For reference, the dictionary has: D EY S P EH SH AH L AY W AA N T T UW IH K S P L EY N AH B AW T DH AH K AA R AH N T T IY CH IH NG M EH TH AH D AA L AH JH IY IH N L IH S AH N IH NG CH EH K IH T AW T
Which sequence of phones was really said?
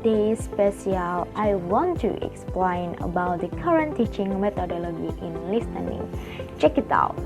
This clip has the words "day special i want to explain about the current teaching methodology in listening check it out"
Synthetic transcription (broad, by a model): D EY S P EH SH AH L AY W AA N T T UW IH K S P L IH N AH B AW T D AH K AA R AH N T T IY CH IH NG M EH T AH D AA L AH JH IY IH N L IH S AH N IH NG CH EH K IH T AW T